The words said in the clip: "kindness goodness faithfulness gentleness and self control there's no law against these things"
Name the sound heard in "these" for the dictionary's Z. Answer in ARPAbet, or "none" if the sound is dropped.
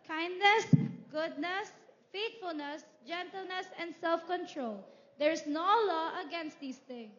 S